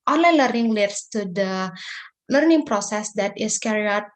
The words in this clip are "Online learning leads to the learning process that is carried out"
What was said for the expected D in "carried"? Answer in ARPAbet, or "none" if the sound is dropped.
none